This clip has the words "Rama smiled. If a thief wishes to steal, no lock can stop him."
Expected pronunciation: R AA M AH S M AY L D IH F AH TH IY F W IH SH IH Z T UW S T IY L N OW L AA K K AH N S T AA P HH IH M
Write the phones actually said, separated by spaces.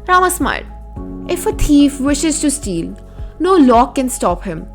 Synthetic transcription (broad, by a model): R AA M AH S M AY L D IH F AH T IY F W IH SH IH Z T UW S T IY L N OW L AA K K AH N S T AA P HH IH M